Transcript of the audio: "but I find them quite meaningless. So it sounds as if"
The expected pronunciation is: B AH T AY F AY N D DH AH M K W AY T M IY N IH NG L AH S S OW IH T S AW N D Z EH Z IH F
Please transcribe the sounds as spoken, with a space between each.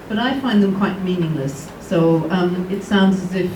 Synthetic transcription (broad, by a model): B AH T AY F AY N DH AH M K W AY T M IY N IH NG L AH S S OW IH T S AW N D Z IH Z IH F